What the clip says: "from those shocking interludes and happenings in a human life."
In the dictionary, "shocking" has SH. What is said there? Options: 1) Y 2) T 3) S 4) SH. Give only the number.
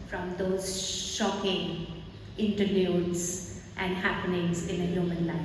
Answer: 4